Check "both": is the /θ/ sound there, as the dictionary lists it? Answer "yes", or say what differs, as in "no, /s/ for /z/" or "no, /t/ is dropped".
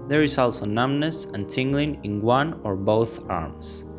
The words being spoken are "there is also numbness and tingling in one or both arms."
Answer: yes